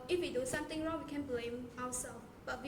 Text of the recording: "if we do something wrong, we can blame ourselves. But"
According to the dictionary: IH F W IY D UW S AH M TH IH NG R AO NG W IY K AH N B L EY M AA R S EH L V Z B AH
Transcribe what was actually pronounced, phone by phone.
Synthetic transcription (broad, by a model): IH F W IY D UW S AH M T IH NG R AO NG W IY K AH N B L EY M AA W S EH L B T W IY